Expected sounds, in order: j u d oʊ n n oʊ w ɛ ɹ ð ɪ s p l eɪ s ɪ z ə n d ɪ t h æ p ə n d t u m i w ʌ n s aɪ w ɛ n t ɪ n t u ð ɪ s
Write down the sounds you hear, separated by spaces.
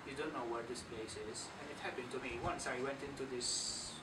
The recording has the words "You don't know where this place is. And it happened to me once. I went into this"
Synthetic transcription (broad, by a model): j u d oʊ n n oʊ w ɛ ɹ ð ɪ s p l eɪ s ɪ z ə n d ɪ t h æ p ə n d t u m i w ʌ n s aɪ w ɛ n t ɪ n t u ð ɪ s